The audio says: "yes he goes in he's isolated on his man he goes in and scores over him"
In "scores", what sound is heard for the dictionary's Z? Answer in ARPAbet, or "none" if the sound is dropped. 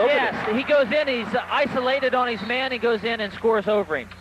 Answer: Z